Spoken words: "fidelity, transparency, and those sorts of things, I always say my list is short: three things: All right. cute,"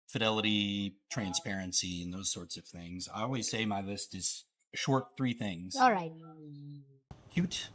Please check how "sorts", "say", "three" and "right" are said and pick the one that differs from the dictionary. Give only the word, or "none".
none